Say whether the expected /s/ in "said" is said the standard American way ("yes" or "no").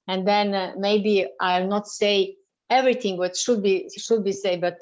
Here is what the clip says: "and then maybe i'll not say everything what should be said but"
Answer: no